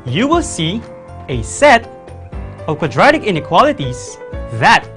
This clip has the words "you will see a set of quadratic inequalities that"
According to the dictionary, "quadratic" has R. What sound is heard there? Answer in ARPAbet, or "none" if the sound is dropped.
R